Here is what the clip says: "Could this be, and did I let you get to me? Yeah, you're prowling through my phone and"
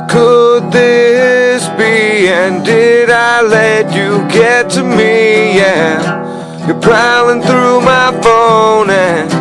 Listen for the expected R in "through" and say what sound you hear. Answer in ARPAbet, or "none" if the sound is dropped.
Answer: R